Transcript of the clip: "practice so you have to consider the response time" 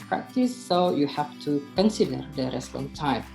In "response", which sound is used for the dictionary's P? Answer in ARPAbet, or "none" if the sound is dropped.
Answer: none